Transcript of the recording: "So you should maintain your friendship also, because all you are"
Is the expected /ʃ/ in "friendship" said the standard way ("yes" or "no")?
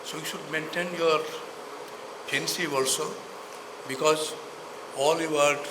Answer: no